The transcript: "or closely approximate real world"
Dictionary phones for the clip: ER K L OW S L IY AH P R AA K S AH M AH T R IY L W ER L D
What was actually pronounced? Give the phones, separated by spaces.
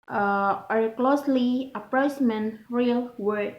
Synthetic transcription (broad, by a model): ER K L OW S L IY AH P R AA S M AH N R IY L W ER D